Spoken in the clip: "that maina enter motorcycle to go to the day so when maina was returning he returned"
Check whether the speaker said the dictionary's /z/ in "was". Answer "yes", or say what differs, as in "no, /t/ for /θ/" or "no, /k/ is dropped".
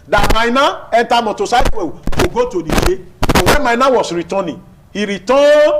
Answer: no, /s/ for /z/